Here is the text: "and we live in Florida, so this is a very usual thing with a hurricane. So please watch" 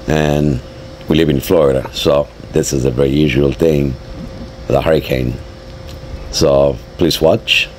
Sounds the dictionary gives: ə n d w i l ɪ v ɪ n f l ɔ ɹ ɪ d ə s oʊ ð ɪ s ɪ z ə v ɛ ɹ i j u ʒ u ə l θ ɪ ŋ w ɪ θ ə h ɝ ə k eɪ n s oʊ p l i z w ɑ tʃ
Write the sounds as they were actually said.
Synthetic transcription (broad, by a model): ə n w i l ɪ v ɪ n f l ɔ ɹ ɪ d ə s oʊ ð ɪ s ɪ z ə v ɛ ɹ i j u ʒ u ə l θ ɪ ŋ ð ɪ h ə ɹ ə k eɪ n s oʊ p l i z w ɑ tʃ